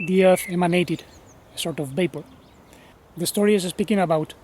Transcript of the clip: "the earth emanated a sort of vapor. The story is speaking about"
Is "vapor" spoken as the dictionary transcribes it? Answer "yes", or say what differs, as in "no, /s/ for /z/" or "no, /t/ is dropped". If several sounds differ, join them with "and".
no, /b/ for /v/